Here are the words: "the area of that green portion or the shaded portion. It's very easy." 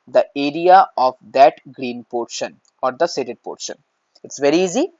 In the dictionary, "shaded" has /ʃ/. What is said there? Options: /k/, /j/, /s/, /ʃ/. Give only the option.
/s/